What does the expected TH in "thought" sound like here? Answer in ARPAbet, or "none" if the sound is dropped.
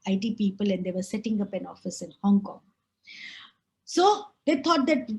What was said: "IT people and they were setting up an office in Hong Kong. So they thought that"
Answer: T